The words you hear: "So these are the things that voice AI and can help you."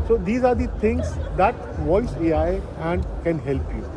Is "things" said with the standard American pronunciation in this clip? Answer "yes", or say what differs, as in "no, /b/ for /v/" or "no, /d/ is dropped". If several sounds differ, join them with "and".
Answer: no, /t/ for /θ/